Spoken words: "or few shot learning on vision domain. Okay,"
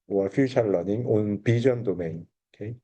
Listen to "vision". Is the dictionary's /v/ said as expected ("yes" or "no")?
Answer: no